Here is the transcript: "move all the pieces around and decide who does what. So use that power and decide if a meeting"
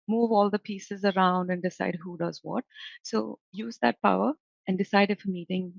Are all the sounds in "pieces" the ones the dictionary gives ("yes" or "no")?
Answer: yes